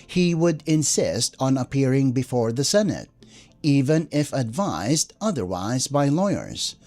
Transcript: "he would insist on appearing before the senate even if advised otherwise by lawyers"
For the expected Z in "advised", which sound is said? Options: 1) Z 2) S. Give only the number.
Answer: 1